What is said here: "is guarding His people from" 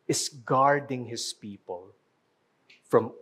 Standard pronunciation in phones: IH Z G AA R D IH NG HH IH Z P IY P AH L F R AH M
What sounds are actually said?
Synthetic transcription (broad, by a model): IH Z G AA R D IH NG HH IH S P IY P AH L F R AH M